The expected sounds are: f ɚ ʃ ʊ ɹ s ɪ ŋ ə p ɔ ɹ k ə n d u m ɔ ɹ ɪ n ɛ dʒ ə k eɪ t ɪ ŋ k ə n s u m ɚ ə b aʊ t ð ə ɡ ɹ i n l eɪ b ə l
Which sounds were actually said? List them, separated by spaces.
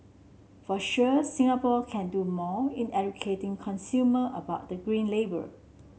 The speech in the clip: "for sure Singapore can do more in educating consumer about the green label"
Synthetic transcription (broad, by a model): f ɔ ʃ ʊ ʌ s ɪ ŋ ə p ɔ l k ə n d u m ɔ ɪ n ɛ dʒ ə k eɪ t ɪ ŋ k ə n s u m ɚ ə b aʊ t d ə ɡ ɹ i n l eɪ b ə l